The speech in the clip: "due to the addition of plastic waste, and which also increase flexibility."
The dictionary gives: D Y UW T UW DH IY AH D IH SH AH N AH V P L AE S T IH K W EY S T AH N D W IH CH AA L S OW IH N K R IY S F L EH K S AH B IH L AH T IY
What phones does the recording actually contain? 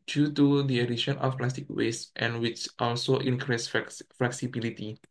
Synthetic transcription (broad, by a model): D Y UW T UW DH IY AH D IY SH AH N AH F P L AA S T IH K W EY S T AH N W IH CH AA L S OW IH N K R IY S F L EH K S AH B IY L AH T IY